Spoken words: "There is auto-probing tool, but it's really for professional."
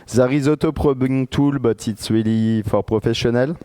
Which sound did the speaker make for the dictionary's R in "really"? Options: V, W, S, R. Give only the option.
W